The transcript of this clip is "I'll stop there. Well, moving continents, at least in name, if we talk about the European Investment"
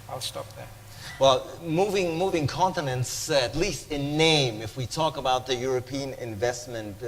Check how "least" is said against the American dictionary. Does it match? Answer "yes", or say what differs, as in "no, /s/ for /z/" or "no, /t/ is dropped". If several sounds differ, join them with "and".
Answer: yes